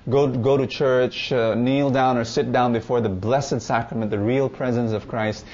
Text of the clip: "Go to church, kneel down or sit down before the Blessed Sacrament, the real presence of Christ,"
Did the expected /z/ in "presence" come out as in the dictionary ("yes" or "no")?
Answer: yes